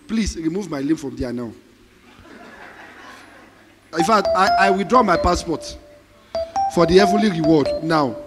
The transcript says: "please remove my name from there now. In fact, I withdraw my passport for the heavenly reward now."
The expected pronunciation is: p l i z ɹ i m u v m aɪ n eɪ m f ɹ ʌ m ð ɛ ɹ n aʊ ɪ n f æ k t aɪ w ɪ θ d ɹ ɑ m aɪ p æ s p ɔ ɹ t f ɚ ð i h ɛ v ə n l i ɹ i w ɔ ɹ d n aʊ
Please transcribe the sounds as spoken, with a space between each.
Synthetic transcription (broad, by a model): p l i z ɹ i m u v m aɪ l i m f ɹ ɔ m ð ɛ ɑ n aʊ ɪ f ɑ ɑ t aɪ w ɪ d ɹ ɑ m aɪ p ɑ s p ɔ t f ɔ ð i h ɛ v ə n l i ɹ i w ɔ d n aʊ